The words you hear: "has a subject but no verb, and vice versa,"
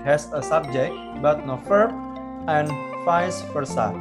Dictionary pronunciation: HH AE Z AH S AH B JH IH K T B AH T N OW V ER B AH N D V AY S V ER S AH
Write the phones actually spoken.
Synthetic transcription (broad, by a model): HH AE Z AH S AH B JH IH K T B AH T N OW F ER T AH N D F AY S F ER S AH